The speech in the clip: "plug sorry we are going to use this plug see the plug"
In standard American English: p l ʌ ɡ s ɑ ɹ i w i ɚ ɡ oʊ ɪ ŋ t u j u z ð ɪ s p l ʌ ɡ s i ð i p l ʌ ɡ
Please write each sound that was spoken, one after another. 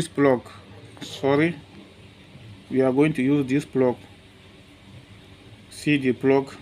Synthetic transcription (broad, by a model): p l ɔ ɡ s ɑ ɹ i w i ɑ ɡ oʊ ɪ ŋ t u j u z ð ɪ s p l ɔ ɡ s i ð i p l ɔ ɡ